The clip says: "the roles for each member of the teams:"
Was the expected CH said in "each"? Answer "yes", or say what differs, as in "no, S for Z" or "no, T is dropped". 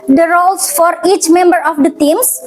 yes